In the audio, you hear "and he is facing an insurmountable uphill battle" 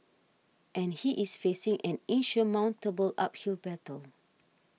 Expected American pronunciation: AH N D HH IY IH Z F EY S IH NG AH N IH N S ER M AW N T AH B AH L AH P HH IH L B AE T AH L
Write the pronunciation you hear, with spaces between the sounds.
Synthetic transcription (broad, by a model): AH N HH IY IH S F EY S IH NG AH N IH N SH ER M AW N T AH B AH L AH P HH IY L B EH T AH L